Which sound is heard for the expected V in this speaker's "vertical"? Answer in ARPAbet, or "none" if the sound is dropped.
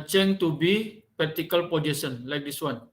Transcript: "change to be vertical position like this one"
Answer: P